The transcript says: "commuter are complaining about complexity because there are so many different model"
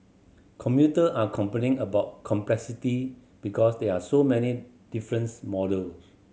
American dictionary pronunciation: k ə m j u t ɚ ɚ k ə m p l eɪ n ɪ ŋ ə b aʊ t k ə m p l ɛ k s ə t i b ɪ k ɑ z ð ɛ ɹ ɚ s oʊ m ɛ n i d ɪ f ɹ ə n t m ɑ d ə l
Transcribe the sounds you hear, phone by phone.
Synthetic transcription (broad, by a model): k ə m j u t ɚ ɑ k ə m p eɪ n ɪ ŋ ə b aʊ t k ə m p l ɛ k s ə t i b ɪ k ɑ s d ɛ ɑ s oʊ m ɛ n i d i f ɹ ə n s m ɑ d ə l